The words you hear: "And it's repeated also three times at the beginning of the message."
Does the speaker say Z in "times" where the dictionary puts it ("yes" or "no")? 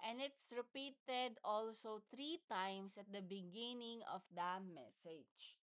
no